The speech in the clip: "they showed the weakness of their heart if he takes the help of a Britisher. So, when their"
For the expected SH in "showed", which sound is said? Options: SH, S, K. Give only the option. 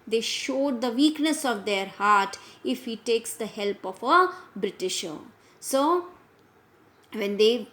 SH